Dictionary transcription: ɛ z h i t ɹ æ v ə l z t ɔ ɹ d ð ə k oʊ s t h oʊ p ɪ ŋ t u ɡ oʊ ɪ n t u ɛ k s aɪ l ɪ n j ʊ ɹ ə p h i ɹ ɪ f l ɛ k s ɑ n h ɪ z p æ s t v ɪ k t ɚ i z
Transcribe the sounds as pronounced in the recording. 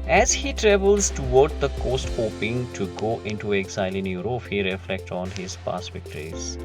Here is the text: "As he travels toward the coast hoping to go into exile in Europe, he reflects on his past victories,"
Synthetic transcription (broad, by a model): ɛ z h i t ɹ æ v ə l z t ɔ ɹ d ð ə k oʊ s t h oʊ p ɪ ŋ t u ɡ oʊ ɪ n t u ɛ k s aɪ l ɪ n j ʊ ɹ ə f h i ɹ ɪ f l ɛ k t ɑ n h ɪ z p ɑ s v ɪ k t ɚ i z